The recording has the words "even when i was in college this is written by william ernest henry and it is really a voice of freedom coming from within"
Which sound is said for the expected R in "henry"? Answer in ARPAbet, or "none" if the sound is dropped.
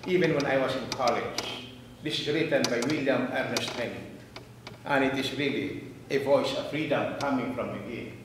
none